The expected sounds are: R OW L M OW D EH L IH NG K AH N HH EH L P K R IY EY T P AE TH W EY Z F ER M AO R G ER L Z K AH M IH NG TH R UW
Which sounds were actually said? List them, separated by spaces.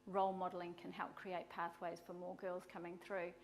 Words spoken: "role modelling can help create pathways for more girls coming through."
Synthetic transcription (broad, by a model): R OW L M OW D L IH NG K AH N HH EH L P K R IY EY T P AE TH W EY Z F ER M AO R G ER L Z K AH M IH NG TH R UW